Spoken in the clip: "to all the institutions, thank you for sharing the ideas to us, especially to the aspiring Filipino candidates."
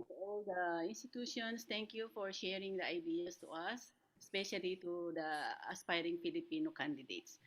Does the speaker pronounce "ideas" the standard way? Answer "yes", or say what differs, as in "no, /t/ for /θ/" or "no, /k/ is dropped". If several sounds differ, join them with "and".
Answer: no, /s/ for /z/